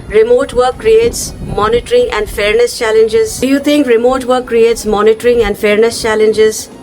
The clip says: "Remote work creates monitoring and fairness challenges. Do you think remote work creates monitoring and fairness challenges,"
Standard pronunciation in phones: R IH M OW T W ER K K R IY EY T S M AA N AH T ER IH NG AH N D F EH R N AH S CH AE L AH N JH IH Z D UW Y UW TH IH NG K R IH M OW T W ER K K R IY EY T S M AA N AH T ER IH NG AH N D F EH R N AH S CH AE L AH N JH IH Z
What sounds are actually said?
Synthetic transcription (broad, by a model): R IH M OW T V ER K K R IY EY T S M AA N AH T ER IH NG AH N D F EH R N AH S CH AE L AH N JH IH Z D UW Y UW T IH NG K R IH M OW T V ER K K R IY EY T S M AA N AH T ER IH NG AH N D F EH R N AH S CH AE L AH N JH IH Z